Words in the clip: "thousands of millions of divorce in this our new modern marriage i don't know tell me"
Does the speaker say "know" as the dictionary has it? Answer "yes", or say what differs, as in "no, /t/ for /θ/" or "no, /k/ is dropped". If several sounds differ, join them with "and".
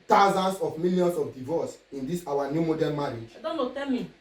no, /l/ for /n/